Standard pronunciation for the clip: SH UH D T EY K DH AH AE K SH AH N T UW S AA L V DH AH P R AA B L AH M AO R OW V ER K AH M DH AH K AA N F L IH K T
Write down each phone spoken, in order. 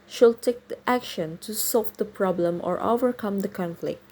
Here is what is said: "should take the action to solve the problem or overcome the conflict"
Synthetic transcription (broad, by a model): SH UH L T EY K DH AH AE K SH AH N T UW S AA L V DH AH P R AA B L AH M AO R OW V ER K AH M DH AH K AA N F L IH K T